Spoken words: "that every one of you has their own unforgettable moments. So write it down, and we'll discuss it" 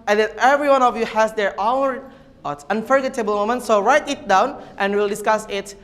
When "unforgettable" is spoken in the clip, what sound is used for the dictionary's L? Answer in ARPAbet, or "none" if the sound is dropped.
L